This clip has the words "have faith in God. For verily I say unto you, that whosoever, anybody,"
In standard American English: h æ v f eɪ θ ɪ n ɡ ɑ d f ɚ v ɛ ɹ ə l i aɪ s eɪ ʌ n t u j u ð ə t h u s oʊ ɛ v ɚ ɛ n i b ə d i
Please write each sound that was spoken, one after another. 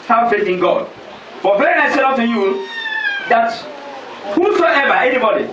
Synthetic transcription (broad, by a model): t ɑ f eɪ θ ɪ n ɡ ɑ d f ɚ b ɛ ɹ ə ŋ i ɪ s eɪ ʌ t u j u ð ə t h u s oʊ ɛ v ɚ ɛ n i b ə d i